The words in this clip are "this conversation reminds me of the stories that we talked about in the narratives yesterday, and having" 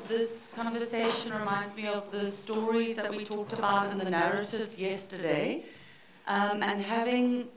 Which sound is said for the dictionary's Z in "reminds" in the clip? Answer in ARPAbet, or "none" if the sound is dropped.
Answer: Z